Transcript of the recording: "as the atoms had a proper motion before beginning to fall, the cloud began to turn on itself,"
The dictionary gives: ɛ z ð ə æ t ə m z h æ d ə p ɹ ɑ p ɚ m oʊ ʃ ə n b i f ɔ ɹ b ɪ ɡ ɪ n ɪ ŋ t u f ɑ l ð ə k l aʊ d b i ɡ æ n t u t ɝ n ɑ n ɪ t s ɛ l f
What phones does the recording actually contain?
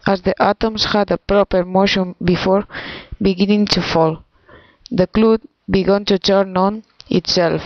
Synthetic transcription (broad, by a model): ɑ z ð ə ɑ t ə m s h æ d ə p ɹ ɑ p ɚ m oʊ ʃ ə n b i f ɔ ɹ b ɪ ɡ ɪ n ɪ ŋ t u f ɑ l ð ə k l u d b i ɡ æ n t u t ɝ n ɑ n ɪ t s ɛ l f